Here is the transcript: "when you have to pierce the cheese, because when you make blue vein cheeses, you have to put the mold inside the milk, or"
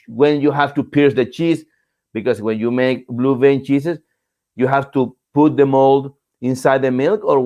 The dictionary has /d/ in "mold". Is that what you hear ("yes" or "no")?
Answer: yes